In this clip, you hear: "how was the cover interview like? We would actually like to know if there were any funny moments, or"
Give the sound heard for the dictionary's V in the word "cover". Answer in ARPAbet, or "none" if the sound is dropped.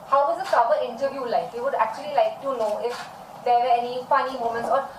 P